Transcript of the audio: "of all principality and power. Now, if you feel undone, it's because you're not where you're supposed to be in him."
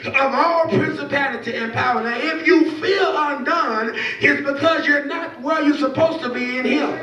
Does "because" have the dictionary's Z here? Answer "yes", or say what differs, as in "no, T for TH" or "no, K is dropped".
yes